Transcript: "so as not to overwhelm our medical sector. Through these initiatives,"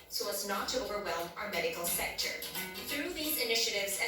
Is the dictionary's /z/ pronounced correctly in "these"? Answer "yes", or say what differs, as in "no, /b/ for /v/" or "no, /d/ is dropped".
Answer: yes